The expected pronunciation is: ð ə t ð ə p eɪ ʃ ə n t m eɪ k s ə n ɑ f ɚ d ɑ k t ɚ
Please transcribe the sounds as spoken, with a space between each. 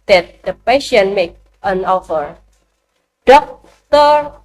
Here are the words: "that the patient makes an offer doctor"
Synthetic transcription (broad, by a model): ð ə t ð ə p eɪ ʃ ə n m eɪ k ə n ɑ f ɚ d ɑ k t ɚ